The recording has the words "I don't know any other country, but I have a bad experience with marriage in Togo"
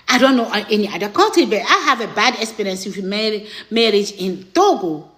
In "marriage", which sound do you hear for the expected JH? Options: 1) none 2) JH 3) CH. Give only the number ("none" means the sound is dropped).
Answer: 2